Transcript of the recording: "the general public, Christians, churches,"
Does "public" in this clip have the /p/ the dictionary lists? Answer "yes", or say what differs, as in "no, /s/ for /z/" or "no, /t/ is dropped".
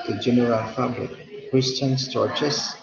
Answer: no, /f/ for /p/